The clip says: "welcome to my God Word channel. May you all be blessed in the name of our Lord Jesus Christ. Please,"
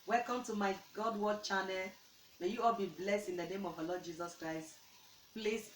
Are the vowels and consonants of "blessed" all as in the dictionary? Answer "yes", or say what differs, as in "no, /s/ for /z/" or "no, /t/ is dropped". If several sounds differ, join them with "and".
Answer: yes